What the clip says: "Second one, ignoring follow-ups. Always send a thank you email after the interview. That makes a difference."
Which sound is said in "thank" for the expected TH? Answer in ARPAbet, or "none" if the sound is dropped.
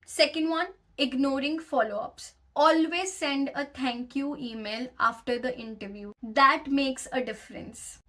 T